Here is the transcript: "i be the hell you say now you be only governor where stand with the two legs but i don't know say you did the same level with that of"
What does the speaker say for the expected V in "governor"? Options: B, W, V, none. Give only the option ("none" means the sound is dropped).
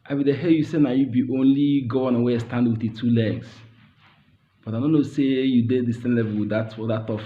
none